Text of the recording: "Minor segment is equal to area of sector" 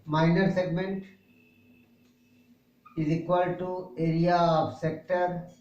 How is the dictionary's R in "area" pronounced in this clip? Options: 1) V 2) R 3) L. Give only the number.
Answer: 2